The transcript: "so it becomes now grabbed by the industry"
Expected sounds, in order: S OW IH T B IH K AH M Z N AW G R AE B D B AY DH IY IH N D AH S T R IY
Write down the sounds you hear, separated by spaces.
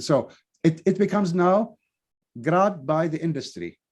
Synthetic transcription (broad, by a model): S OW IH T B IH K AH M Z N AW G R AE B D B AY DH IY IH N D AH S T R IY